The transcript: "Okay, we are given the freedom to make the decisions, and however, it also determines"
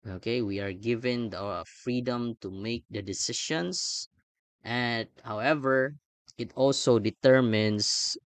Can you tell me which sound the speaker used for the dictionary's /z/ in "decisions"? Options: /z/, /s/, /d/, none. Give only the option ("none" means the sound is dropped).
/s/